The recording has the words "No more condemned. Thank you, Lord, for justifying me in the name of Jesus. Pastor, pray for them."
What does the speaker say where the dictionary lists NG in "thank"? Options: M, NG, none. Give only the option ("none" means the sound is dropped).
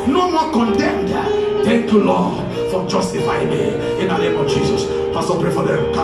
none